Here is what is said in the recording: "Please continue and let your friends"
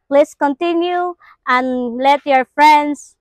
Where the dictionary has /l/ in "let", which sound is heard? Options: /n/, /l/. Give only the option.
/l/